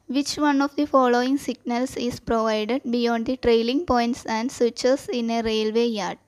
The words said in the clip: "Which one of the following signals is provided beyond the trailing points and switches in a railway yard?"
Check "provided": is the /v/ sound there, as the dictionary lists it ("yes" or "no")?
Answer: yes